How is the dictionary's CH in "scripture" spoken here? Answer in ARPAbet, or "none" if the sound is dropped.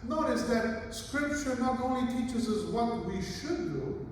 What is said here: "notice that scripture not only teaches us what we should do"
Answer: CH